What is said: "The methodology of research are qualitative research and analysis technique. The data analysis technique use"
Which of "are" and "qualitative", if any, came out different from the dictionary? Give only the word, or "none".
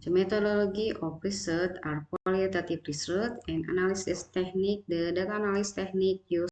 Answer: qualitative